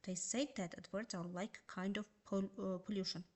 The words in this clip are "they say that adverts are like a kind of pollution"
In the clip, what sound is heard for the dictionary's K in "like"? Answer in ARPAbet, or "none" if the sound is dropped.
none